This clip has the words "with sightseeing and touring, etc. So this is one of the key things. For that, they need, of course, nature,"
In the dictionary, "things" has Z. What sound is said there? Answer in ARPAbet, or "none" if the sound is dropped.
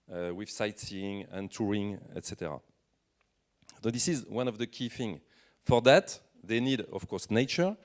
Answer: none